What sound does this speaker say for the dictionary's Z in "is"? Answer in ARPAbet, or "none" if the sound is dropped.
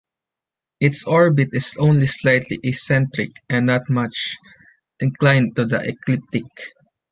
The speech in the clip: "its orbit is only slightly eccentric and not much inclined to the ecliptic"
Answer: S